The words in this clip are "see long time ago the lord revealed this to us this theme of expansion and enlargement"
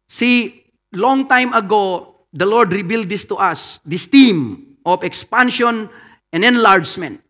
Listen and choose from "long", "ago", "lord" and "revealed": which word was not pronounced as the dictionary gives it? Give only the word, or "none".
revealed